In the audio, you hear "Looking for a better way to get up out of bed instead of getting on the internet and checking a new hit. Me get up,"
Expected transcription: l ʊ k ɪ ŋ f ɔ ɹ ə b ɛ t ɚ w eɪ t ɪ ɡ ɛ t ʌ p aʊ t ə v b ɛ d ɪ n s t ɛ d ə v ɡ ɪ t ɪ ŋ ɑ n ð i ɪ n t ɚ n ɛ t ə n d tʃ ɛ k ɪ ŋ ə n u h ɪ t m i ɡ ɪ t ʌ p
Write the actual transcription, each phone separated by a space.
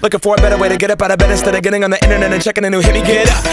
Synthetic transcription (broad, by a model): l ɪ k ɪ f ɔ ɹ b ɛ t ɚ w eɪ t ɪ ɡ ɛ t ʌ p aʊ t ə b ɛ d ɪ s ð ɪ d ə ɡ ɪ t ɪ ŋ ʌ n ð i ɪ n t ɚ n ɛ t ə n tʃ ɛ k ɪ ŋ ə n u h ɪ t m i ɡ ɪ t